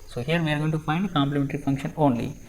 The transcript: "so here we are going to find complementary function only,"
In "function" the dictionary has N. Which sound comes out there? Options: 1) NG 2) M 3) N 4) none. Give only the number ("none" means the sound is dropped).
3